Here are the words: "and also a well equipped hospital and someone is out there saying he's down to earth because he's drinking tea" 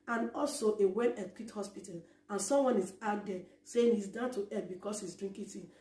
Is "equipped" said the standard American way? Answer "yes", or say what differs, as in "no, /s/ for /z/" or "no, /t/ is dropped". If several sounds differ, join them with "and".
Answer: no, /p/ is dropped